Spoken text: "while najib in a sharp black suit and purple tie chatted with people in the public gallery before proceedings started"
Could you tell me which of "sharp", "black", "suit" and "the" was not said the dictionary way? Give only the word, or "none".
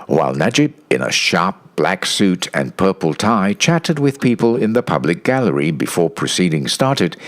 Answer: none